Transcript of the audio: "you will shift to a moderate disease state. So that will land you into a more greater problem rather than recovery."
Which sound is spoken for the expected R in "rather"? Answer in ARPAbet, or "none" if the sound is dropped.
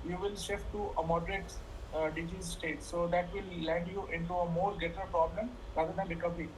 L